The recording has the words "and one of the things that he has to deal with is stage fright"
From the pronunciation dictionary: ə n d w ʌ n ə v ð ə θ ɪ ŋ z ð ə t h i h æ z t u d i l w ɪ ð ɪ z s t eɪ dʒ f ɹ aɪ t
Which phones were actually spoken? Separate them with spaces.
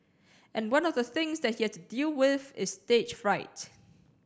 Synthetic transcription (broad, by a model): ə n w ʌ n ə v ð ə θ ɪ ŋ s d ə t h i h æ s t u d i l w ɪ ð ɪ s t eɪ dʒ f ɹ aɪ t